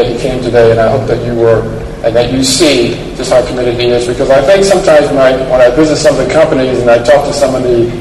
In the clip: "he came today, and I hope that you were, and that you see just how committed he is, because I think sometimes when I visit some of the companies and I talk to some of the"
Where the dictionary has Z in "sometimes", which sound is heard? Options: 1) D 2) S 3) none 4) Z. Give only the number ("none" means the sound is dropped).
4